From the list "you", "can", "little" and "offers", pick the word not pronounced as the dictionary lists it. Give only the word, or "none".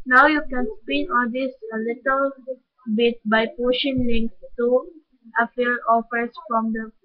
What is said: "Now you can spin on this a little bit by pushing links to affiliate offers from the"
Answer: offers